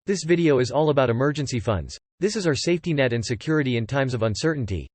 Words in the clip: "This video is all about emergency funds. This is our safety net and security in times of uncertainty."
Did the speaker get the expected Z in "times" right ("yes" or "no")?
yes